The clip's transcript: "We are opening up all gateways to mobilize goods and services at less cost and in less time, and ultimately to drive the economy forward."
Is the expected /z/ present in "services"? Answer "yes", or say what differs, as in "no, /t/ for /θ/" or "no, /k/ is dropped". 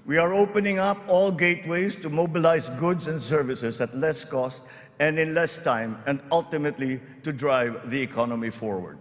no, /s/ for /z/